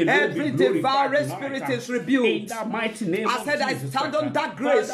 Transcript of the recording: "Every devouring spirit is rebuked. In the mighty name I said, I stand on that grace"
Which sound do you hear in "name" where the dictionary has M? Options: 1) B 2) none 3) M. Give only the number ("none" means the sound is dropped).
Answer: 2